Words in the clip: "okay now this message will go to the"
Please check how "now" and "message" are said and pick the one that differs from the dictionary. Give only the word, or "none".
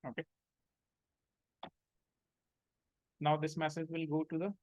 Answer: none